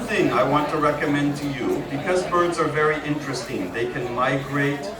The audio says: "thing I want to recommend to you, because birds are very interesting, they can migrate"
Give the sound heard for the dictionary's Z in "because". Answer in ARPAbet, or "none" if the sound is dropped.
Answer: Z